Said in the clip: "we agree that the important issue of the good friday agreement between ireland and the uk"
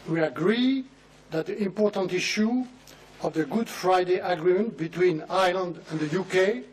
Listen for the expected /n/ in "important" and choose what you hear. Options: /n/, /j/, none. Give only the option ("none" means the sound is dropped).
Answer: /n/